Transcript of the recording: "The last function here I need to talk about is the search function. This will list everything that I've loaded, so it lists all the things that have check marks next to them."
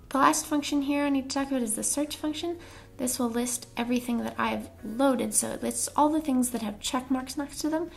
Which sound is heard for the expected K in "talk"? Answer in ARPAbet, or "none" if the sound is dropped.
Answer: K